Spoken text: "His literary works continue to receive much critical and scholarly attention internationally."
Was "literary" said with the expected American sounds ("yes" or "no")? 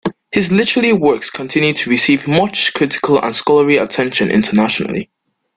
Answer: no